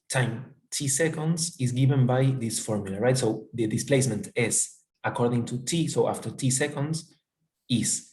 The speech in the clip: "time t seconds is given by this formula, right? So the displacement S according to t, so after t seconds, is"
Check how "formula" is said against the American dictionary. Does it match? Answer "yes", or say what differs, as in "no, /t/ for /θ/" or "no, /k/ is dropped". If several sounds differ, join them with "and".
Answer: yes